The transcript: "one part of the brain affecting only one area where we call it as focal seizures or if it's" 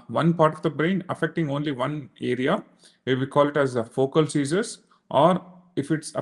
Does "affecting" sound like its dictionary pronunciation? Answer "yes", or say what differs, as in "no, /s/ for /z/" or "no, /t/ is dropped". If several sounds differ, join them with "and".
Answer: yes